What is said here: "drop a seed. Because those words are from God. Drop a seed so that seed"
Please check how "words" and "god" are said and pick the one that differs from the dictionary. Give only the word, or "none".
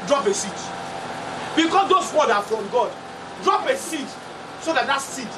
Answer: words